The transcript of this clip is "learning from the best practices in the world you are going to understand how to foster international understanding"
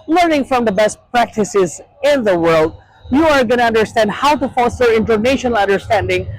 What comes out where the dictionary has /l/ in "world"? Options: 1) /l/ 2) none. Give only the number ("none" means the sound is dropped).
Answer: 1